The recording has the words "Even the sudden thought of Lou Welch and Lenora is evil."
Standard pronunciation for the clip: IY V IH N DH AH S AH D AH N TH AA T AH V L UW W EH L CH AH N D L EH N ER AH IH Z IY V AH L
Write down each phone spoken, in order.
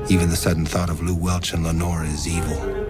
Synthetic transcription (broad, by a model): IY V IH N DH AH S AH D N TH AA T AH V L UW W EH L CH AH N L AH N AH IH Z IY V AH L